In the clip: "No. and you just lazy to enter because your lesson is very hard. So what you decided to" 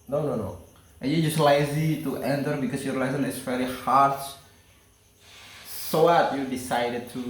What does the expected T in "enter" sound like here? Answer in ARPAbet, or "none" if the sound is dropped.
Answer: T